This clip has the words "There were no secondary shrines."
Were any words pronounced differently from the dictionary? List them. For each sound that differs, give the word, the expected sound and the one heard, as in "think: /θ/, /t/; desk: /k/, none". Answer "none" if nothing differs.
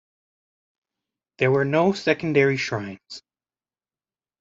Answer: none